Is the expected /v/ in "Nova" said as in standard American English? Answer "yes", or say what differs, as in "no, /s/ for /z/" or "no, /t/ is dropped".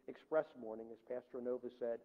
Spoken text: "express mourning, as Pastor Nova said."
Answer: yes